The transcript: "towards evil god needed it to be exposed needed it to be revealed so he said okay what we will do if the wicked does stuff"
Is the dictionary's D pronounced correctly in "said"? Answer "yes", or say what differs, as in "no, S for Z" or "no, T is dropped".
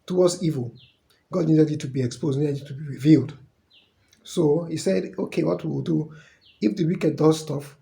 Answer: yes